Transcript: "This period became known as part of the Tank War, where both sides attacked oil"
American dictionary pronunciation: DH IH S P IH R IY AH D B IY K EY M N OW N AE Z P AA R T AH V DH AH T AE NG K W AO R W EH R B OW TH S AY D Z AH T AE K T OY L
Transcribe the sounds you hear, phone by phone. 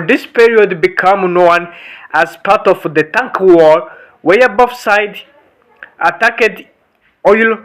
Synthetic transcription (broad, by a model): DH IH S P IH R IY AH D B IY K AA M N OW N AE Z P AA R T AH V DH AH T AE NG K W AO R W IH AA B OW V S AY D AH T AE K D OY L